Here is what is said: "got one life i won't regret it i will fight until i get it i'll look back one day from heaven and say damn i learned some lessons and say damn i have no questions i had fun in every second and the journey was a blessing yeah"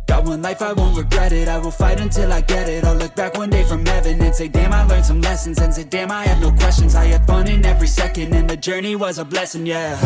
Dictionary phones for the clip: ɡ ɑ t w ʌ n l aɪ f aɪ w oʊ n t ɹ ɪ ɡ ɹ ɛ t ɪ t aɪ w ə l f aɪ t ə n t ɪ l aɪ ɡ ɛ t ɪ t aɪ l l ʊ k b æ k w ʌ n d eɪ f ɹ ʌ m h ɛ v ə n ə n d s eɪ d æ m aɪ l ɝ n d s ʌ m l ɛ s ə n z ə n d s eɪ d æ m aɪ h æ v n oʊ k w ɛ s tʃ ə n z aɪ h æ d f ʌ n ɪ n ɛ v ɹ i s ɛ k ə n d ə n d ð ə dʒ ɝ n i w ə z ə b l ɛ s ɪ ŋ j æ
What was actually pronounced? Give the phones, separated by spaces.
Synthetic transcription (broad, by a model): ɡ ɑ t w ʌ n l aɪ f aɪ w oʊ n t ɹ ɪ ɡ ɹ ɛ t ɪ t aɪ w ə l f aɪ t ə n t ɪ l aɪ ɡ ɛ t ɪ t aɪ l l ʊ k b æ k w ʌ n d eɪ f ɹ ʌ m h ɛ v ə n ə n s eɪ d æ m aɪ l ɝ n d s ʌ m l ɛ s ə n z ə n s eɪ d æ m aɪ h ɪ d n oʊ k w ɛ s tʃ ə n z aɪ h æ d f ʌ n ɪ n ɛ v ɹ i s ɛ k ə n d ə n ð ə dʒ ɝ n i w ə z ə b l ɛ s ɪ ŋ j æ